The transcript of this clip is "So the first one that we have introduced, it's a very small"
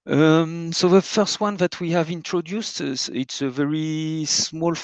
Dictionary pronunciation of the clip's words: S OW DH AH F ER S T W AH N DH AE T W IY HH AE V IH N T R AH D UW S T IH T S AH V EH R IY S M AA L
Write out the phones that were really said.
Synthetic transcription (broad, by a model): S OW DH AH F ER S T W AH N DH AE T W IY HH AE V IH N T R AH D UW S T IH T S AH V EH R IY S M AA L